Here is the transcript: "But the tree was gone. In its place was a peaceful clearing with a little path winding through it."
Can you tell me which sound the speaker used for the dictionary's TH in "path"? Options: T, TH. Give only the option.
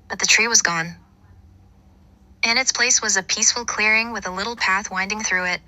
TH